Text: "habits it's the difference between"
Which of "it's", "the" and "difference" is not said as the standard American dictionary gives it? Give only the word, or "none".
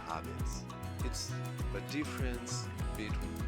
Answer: none